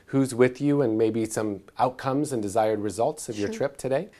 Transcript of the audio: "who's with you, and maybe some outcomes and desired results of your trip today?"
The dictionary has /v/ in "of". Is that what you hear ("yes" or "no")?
yes